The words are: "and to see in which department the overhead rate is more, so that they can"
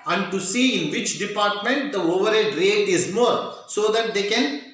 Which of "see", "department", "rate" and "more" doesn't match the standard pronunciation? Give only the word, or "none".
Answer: none